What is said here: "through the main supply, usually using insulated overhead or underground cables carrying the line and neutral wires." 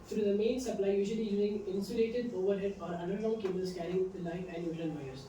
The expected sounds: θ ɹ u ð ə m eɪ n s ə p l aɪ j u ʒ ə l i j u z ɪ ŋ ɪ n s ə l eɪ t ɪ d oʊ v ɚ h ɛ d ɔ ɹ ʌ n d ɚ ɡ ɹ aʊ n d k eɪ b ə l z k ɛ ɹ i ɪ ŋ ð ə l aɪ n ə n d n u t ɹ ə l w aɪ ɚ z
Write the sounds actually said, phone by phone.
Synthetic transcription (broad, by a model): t ɹ u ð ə m eɪ n s ə p l aɪ j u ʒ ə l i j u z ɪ ŋ ɪ n s ə l eɪ t ɪ d oʊ v ɚ h ɛ d ɔ ɹ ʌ n d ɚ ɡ aʊ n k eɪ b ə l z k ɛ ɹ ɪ ŋ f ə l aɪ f ə n d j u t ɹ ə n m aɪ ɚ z